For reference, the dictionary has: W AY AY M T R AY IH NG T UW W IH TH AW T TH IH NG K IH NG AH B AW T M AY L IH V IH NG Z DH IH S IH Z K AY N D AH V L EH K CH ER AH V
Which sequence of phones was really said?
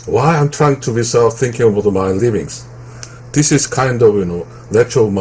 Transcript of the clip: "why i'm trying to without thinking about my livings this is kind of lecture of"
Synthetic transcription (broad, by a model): W AY AY M T R AY IH NG T UW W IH S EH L TH IH NG K IH NG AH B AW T M AY L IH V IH NG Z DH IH S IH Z K AY N D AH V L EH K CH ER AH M